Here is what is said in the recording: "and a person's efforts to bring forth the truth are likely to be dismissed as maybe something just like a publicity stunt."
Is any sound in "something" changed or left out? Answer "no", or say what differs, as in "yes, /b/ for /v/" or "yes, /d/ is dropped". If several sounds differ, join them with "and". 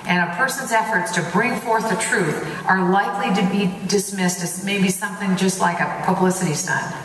no